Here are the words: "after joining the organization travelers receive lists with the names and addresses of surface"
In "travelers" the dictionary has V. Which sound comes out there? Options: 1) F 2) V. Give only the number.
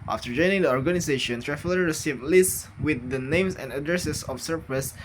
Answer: 1